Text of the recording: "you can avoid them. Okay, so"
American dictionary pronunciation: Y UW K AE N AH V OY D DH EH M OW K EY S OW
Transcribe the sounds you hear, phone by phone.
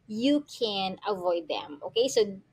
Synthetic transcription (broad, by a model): Y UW K AE N AH V OY D DH EH M OW K EY S OW